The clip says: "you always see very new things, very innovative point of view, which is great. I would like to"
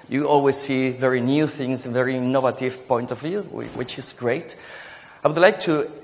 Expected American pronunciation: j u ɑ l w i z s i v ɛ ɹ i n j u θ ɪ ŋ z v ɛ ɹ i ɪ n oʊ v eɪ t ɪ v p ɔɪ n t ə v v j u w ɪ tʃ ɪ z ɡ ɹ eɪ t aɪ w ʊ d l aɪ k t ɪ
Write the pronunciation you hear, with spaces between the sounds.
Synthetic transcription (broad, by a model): j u ɑ l w i z s i v ɛ ɹ i n j u θ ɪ ŋ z v ɛ ɹ i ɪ n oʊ v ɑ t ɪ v p ɔɪ n t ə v v j u w ɪ tʃ ɪ z ɡ ɹ eɪ t aɪ w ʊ d l aɪ k t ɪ